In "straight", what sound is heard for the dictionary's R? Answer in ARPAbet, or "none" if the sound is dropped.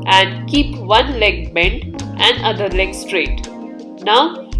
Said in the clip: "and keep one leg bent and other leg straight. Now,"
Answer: R